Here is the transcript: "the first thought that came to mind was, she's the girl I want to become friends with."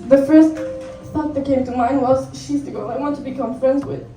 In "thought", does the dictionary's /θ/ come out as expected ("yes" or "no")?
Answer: no